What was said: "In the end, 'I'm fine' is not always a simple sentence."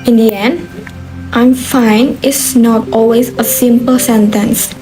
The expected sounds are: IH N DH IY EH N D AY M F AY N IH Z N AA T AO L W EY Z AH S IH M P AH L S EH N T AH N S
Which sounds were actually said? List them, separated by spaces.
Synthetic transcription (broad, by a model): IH N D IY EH N D AY M F AY N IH S N AA T AO L W EY Z AH S IH M P AH L S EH N T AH N S